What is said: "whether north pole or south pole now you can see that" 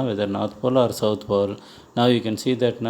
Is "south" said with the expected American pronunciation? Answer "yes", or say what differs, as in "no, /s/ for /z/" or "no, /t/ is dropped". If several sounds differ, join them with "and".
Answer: no, /t/ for /θ/